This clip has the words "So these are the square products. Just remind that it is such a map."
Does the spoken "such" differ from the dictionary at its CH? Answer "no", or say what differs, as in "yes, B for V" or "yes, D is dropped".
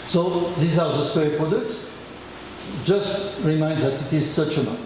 no